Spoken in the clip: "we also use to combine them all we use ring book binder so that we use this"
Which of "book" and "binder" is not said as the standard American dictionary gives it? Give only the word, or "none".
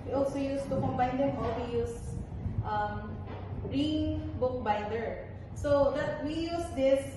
binder